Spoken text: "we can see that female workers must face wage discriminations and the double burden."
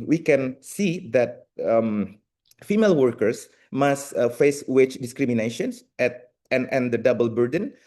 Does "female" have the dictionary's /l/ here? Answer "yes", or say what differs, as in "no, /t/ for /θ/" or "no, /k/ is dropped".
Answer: yes